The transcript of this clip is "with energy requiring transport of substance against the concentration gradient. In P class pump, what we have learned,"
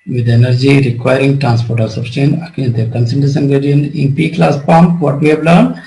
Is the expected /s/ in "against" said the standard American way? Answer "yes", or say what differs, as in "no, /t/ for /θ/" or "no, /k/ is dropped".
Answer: no, /s/ is dropped